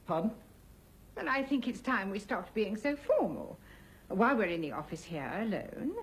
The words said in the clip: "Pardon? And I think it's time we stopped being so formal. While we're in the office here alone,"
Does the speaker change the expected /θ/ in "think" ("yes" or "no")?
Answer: no